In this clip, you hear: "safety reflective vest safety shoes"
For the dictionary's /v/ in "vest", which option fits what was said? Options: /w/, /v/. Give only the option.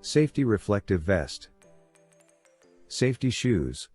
/v/